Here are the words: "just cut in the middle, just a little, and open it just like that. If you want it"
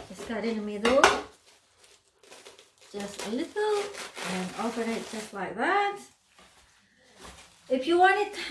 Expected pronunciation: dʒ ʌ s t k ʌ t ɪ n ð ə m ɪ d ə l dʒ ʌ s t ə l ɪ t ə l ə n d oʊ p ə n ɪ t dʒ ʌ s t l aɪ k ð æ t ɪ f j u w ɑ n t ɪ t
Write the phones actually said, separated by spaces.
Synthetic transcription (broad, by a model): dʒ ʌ s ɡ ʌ t ɪ n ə m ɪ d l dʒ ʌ s t ə l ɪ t l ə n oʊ f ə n ɪ t dʒ ʌ s t l aɪ k ð æ t ɪ f j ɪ w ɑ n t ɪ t